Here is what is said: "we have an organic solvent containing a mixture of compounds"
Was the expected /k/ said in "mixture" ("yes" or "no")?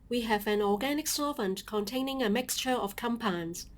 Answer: yes